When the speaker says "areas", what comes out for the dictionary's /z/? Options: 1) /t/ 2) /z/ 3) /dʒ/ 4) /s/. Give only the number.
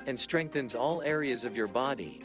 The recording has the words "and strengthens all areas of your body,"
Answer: 2